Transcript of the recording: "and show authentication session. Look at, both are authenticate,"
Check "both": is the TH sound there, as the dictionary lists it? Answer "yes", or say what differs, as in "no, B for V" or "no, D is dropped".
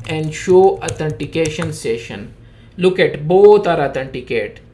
no, T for TH